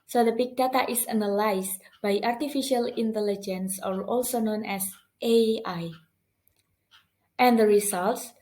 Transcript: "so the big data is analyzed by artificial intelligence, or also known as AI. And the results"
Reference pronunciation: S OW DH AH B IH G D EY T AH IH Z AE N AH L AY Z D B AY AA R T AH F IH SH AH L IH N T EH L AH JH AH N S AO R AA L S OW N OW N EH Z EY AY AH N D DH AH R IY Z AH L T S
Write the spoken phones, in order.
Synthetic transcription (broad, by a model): S OW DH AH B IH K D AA T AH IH S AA N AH L AY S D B AY AA R T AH F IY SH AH L IH N T EH L AH JH AH N S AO R AA L S OW N OW N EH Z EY AY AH N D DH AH R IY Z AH L T S